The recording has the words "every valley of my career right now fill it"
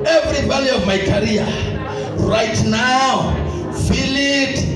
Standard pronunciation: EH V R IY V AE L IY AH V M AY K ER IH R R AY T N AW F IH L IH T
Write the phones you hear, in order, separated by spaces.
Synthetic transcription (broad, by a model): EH V R IY B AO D IY AH V M AY K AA R R AY T N AW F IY L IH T